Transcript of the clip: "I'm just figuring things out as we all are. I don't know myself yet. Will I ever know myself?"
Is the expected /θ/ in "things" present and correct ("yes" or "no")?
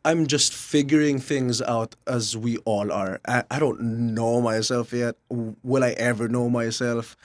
yes